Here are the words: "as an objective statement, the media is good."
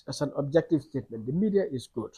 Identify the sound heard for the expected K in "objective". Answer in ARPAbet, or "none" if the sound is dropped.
K